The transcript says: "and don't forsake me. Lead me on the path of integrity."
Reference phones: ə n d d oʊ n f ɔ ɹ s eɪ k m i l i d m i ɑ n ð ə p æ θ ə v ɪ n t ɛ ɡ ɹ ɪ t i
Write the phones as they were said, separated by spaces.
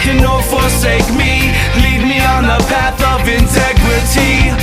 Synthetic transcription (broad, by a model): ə n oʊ f ɔ ɹ s eɪ k m i l i d m i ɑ n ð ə p æ θ ə v ɪ n t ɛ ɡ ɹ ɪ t i